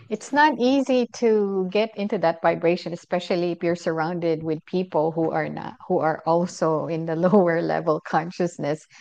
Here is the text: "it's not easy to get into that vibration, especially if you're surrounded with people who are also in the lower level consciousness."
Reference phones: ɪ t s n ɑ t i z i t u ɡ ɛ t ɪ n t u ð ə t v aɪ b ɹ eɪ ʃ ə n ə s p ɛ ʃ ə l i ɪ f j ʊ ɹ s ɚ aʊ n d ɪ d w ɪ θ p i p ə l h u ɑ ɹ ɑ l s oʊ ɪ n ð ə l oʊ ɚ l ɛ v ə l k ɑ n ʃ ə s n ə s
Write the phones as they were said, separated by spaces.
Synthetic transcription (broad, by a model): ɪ t s n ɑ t i z i t u ɡ ɛ t ɪ n t u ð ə t v aɪ b ɹ eɪ ʃ ə n ə s p ɛ ʃ ə l i ɪ f j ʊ ɹ s ɚ aʊ n d ɪ d w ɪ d p i p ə n h u ɑ ɹ ɑ l s oʊ ɪ n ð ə l oʊ ɚ l ɛ v ə l k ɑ n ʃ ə s n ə s